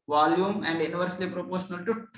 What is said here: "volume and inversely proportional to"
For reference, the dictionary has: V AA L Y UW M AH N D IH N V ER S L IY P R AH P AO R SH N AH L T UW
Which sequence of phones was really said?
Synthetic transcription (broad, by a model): V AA L Y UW M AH N D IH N V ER S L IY P R AH P AO R SH N AH L T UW